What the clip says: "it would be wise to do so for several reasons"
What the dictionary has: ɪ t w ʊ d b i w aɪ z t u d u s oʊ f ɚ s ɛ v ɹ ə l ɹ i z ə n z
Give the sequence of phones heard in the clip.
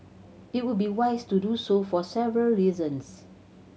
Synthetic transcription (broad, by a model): ɪ t w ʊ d b i w aɪ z t u d u s oʊ f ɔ s ɛ v ɹ ə l ɹ i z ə n s